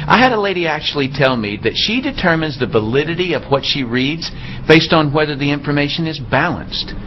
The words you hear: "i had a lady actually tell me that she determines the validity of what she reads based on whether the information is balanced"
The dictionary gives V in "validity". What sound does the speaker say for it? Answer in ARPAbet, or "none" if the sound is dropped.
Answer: V